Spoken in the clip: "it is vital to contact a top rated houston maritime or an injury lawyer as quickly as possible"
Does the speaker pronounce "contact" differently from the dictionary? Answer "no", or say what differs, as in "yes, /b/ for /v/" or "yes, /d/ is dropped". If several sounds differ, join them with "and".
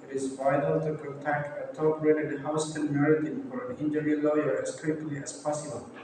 yes, /n/ is dropped